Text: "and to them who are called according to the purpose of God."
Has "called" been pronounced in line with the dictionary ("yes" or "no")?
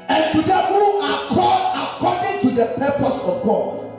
no